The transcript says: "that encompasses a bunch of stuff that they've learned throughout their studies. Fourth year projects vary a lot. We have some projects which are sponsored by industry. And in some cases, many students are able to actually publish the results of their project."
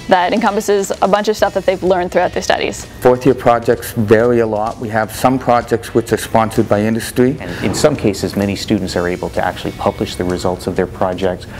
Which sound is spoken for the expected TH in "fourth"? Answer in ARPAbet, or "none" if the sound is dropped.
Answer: TH